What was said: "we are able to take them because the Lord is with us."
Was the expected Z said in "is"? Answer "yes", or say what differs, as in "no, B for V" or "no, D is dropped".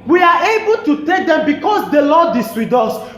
no, S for Z